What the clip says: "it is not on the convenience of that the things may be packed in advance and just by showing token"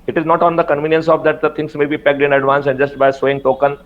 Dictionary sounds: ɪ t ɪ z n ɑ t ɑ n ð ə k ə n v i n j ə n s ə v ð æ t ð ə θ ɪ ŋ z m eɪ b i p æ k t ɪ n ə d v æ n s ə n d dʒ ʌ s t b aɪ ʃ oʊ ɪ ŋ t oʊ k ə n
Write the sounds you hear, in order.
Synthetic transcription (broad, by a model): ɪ t ɪ z n ɑ t ɑ n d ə k ə n v i n j ə n s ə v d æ t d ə t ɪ ŋ s m eɪ b i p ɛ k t ɪ n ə d v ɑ n s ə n dʒ ʌ s t b aɪ s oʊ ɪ ŋ t oʊ k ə n